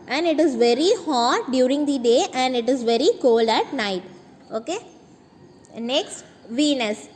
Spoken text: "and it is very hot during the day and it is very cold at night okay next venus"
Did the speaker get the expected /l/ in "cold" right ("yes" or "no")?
yes